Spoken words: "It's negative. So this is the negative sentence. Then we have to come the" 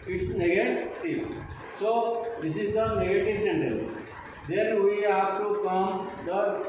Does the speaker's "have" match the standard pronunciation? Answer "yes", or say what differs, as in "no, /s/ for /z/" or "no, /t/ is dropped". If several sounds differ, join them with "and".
no, /p/ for /v/